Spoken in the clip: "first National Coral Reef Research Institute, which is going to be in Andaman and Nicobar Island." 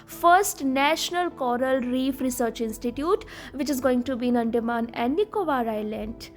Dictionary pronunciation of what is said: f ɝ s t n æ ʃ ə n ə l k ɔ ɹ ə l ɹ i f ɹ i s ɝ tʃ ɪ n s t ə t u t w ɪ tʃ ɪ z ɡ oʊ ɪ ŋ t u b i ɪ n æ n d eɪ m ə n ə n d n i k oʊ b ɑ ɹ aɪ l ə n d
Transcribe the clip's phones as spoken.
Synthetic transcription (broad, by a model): f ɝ s t n æ ʃ ə n ə l k ɔ ɹ ə l ɹ i f ɹ i s ɝ tʃ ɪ n s t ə t u t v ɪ tʃ ɪ z ɡ oʊ ɪ ŋ t u b i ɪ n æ n d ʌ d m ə n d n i k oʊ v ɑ ɹ aɪ l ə n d